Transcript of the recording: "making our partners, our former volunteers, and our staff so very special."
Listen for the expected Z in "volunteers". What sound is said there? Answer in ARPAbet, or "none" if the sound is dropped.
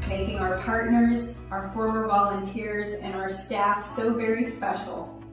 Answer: Z